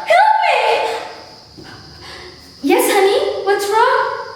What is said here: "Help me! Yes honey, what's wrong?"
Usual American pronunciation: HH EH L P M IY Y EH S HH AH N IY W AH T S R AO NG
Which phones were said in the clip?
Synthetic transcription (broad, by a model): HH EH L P M IY Y EH S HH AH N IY W AH T S R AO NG